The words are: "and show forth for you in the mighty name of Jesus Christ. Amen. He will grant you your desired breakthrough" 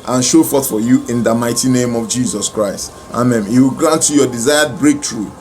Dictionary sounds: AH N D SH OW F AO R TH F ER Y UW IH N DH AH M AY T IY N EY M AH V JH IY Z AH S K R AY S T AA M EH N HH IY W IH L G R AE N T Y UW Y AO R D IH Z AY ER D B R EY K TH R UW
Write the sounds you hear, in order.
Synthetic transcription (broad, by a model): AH N SH OW F AO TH F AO Y UW IH N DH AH M AY T IY N EY M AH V JH IY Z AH S K R AY S T AA M EH N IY W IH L G R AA N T Y UW Y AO D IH Z AY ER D B R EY K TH R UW